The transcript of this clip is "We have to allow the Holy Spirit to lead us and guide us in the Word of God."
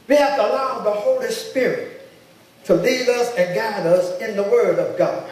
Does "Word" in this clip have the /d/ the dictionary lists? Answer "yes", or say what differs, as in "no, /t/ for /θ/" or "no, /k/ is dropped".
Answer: yes